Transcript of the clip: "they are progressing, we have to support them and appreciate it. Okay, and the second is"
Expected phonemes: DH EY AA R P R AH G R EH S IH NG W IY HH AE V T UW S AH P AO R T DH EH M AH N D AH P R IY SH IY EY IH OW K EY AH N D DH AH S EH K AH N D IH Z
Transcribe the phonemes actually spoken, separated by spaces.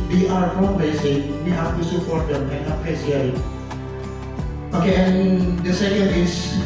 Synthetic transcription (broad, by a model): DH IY AA R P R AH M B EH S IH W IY HH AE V T UW S AH P AO R T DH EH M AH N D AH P EH S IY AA IH OW K EY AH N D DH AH S EH K AH N D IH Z